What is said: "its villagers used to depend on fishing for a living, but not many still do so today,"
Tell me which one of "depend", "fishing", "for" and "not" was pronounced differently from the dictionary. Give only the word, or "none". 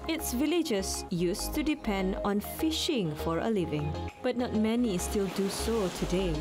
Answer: none